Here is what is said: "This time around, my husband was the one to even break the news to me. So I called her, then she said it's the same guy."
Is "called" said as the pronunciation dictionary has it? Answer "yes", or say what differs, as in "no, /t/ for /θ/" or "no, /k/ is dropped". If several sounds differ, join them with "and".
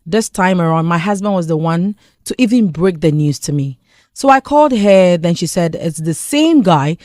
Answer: yes